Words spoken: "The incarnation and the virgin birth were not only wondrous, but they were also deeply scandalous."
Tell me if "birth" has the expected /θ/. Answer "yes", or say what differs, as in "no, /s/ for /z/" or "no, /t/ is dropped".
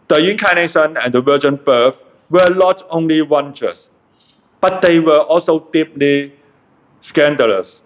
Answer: no, /f/ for /θ/